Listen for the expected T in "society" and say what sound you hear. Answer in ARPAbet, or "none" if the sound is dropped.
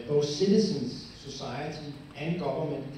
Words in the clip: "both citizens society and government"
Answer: S